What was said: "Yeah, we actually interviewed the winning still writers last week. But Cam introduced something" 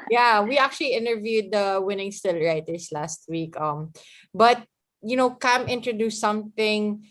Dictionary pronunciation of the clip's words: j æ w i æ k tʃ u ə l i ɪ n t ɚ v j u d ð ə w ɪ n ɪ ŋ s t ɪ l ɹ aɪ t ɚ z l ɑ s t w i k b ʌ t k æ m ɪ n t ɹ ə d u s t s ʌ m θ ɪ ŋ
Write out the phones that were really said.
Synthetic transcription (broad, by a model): j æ w i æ k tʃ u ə l i ɪ n t ɚ v j u d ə w ɪ n ɪ ŋ s t ɪ l ɹ aɪ t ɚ s l ɑ s t w i k b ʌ t k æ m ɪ n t ɹ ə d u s s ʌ m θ ɪ ŋ